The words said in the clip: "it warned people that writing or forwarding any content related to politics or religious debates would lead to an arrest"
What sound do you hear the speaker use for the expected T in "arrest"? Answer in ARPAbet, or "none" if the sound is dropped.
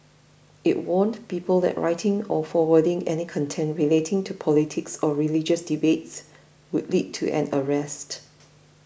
T